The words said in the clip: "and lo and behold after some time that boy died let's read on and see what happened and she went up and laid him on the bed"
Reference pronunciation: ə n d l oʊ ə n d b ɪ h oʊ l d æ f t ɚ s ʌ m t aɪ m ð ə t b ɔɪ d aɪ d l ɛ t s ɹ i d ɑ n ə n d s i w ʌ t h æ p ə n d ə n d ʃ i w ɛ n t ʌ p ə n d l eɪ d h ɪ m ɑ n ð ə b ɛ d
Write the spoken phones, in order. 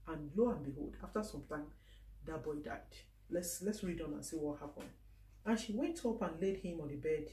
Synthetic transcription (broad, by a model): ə n l oʊ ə n b ɪ h oʊ l d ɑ f t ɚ s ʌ m t aɪ m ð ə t b ɔɪ d aɪ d l ɛ t s ɹ i d ɑ n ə n s i w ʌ t h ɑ p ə n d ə n ʃ i w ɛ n t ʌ p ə n l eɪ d h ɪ m ɑ n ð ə b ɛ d